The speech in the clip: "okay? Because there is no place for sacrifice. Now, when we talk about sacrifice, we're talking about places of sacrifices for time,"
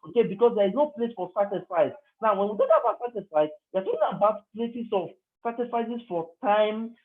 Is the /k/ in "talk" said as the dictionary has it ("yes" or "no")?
no